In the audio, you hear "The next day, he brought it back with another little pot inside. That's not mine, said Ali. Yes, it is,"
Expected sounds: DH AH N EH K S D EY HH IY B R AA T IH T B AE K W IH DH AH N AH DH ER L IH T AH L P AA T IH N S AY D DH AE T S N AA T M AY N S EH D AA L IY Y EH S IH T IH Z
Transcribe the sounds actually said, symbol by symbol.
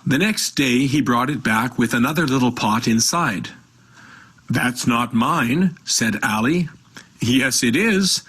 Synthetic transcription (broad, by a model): DH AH N EH K S D EY IY B R AA T IH T B AE K W IH DH AH N AH DH ER L IH T L P AA T IH N S AY D DH AE T S N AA T M AY N S EH D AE L IY Y EH S IH T IH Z